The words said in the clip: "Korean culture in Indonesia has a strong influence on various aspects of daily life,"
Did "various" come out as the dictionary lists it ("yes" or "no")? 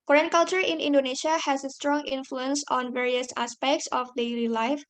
yes